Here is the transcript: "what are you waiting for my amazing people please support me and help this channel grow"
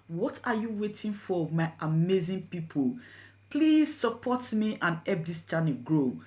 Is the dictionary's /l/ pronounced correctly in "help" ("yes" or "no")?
no